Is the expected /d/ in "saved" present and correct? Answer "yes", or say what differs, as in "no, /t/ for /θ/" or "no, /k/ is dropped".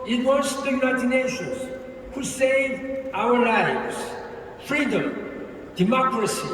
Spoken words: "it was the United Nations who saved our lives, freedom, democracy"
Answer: no, /d/ is dropped